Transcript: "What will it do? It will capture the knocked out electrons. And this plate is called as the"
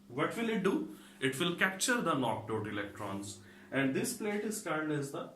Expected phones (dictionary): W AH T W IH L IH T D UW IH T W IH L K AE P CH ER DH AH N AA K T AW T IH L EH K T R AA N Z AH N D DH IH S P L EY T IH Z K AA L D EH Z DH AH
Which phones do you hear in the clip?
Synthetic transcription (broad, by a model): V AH T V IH L IH T D UW IH T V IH L K AE P CH ER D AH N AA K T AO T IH L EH K T R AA N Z AH N D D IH S P L EY T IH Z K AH N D EH Z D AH